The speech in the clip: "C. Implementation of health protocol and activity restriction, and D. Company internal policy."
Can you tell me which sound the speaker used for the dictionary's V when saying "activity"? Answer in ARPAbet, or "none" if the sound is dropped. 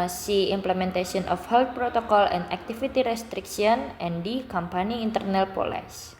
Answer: F